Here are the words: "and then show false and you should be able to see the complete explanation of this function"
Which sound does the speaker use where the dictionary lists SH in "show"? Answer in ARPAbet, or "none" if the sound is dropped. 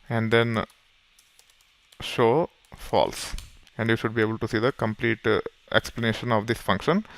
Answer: SH